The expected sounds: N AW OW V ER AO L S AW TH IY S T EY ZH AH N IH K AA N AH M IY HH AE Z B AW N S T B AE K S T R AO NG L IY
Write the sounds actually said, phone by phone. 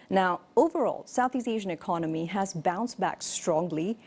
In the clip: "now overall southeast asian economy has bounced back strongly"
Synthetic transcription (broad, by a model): N AW OW V ER AO L S AW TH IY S EY ZH AH N IH K AA N AH M IY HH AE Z B AW N S B AE K S T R AO NG L IY